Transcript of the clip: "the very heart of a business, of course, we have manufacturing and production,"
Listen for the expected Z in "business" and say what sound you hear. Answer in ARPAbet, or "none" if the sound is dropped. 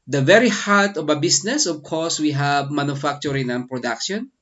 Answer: S